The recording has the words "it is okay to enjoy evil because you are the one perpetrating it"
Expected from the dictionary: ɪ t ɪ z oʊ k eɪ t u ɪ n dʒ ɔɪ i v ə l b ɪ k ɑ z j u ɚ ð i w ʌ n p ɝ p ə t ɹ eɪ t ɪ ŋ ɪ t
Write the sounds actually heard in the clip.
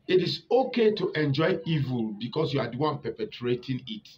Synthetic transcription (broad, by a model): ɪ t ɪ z oʊ k eɪ t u ɪ n dʒ ɔɪ i v ə l b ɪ k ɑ s j u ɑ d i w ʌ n p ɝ p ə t ɹ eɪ t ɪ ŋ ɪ t